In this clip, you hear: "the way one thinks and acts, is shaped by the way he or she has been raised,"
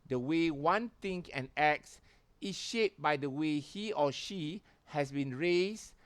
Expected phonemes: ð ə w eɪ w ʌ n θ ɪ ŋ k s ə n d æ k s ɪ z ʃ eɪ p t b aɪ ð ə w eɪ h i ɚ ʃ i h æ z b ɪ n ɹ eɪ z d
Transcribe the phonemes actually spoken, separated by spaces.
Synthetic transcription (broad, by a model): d ə w eɪ w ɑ n t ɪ ŋ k ə n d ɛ k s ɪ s ʃ eɪ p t b aɪ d ə w eɪ h i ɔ ʃ i h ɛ s b ɪ n ɹ eɪ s